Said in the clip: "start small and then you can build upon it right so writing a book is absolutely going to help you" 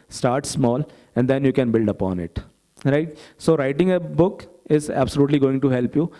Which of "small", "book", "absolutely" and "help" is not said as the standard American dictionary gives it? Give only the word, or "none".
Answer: none